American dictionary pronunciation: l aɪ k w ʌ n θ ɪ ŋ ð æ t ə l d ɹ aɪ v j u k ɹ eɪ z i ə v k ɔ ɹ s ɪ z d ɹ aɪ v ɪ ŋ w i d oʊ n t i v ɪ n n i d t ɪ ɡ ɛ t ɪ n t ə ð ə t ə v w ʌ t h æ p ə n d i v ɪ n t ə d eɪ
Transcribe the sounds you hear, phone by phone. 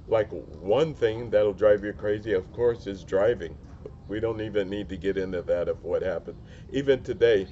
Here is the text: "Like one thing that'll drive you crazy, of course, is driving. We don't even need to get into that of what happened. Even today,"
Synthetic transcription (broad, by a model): l aɪ k w ʌ n θ ɪ ŋ ð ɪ t l d ɹ aɪ v j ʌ k ɹ eɪ z i ə v k ɔ ɹ s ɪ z d ɹ aɪ v ɪ ŋ w i d oʊ n t i v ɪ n n i d t ɪ ɡ ɛ t ɪ n t ə ð ə t ə v w ʌ t h æ p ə n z i v ɪ n t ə d eɪ